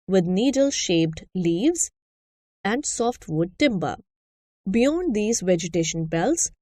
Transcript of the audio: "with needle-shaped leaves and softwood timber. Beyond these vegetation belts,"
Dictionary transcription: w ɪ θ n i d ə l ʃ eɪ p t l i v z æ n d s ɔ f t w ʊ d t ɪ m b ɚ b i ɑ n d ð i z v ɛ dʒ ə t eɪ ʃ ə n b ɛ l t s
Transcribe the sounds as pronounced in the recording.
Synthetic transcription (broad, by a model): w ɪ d n i d ə l ʃ eɪ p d l i v z æ n d s ɔ f t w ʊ d t ɪ m b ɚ b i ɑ n d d i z v ɛ dʒ ə t eɪ ʃ ə n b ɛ l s